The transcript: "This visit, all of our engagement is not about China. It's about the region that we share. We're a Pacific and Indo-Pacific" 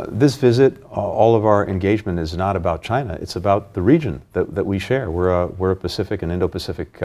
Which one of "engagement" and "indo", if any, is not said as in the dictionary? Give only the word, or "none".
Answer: none